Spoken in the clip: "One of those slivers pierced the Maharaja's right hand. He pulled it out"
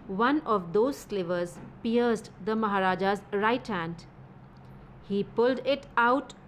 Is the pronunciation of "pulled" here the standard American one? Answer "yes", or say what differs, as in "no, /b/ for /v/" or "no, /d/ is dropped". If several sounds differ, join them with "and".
yes